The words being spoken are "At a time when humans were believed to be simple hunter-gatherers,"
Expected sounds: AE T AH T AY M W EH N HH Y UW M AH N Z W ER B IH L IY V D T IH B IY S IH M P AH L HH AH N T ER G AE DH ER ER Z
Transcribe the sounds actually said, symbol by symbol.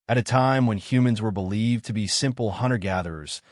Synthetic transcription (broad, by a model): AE T AH T AY M W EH N HH Y UW M AH N Z W ER B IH L IY V T IH B IY S IH M P L HH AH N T ER G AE DH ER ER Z